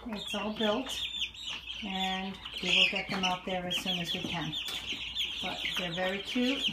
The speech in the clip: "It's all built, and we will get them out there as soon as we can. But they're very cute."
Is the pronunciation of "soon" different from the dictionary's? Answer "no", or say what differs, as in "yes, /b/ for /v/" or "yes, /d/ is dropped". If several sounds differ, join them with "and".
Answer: no